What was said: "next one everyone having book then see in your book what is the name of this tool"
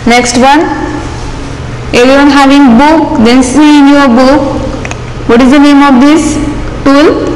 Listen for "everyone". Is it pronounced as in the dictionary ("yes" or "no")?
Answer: no